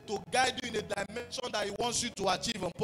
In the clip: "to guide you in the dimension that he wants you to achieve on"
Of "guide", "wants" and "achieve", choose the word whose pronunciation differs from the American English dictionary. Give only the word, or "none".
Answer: none